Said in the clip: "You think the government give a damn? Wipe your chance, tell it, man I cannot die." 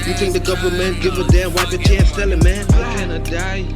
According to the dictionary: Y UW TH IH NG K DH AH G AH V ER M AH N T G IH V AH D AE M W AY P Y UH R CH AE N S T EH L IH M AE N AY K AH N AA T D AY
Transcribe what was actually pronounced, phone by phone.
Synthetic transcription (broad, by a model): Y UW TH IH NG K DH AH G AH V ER M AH N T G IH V AH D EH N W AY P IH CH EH S T EH L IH M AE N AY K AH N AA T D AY